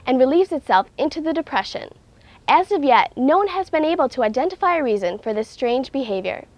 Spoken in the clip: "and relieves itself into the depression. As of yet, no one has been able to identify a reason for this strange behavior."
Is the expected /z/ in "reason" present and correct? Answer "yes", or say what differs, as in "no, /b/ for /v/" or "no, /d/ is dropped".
yes